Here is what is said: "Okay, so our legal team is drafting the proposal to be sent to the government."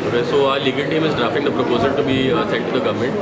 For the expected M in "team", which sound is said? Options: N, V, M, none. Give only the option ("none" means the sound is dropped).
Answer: M